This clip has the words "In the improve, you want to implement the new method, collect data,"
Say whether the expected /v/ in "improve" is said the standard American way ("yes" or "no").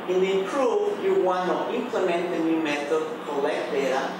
no